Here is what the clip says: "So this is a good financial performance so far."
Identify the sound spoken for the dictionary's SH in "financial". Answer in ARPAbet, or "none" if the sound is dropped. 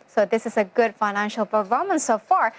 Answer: SH